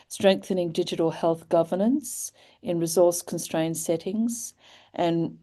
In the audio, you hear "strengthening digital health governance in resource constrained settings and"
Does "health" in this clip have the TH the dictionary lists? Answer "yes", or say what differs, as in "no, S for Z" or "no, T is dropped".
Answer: yes